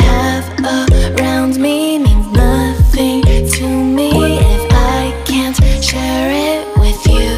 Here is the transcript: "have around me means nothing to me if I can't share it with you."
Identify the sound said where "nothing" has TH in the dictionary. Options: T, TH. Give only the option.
TH